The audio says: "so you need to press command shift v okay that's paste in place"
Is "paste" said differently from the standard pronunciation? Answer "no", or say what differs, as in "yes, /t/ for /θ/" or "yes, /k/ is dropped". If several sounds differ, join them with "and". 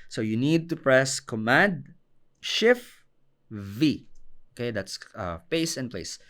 yes, /t/ is dropped